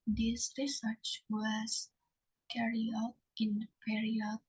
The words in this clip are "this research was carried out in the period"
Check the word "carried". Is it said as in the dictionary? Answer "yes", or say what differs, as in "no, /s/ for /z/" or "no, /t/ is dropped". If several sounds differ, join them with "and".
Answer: no, /d/ is dropped